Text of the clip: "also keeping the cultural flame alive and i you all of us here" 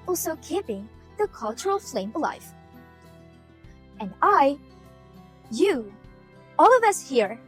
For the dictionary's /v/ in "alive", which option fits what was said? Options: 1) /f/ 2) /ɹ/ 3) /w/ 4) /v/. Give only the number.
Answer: 1